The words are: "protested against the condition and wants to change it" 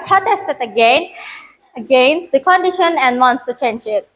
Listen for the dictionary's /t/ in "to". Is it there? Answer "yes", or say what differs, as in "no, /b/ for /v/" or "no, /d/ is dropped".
yes